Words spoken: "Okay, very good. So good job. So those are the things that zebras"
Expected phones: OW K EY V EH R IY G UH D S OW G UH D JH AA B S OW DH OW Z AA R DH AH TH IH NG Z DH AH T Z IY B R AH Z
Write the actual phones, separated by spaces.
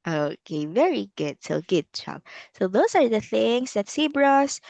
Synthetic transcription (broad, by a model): OW K EY V EH R IY G UH D S OW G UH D CH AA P S OW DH OW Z AA R DH AH TH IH NG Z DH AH T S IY B R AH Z